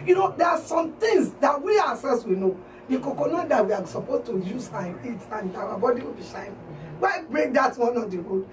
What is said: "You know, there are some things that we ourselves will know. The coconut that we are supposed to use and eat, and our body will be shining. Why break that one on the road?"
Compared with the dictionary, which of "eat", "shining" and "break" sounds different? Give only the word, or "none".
shining